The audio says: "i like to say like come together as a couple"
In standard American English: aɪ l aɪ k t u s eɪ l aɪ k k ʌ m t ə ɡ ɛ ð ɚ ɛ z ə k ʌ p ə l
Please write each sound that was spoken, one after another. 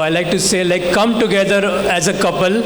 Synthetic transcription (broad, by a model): aɪ l aɪ k t u s eɪ l aɪ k k ʌ m t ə ɡ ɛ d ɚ ɛ z ə k ʌ p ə l